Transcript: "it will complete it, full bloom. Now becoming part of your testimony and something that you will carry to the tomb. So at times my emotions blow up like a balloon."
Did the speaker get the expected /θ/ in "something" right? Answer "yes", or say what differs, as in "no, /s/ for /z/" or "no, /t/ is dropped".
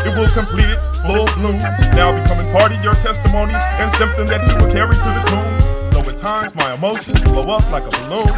yes